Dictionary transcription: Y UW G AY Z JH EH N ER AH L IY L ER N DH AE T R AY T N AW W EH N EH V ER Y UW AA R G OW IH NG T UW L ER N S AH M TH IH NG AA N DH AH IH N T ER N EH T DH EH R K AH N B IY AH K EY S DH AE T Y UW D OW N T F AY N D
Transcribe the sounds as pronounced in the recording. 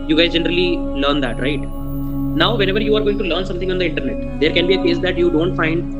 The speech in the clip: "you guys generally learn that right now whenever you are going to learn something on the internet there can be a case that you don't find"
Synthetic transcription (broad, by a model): Y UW G AY Z JH EH N ER AH L IY L ER N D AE T R AY T N AW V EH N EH V ER Y UW AA R G OW IH NG T UW L ER N S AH M T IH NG AA N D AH IH N T ER N EH T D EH R K AH N B IY AH K EY S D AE T Y UW D OW N T F AY N D